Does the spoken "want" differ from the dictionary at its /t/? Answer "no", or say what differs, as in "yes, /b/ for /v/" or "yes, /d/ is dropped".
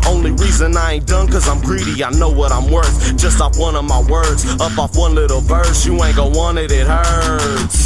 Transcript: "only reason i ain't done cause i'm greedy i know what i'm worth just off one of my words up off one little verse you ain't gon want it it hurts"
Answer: yes, /t/ is dropped